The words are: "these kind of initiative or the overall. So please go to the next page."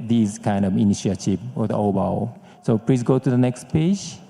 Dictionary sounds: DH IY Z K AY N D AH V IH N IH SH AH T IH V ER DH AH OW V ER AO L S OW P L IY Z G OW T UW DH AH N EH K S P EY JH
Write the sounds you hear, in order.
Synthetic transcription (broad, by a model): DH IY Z K AY N D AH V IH N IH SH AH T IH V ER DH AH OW B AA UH S OW P L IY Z G OW T UW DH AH N EH K S P EY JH